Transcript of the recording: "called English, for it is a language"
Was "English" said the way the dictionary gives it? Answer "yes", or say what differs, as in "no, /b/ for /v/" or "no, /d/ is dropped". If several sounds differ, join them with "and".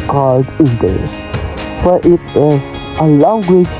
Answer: no, /s/ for /ʃ/